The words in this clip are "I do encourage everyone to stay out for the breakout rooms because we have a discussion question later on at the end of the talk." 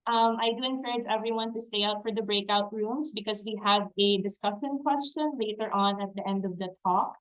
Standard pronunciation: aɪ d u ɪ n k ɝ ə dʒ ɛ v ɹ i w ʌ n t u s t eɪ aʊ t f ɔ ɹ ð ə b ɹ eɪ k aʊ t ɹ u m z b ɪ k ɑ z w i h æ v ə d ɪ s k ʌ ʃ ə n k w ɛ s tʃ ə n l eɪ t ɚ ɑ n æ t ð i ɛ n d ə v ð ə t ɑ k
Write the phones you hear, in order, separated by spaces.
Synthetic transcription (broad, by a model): aɪ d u ɪ n k ɝ ə dʒ ɛ v ɹ i w ʌ n t u s t eɪ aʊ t f ɔ ɹ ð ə b ɹ eɪ k aʊ t ɹ u m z b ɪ k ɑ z w i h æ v ə d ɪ s k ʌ s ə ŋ k w ɛ s tʃ ə n l eɪ t ɚ ɑ n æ t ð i ɛ n d ə v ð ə t ɑ k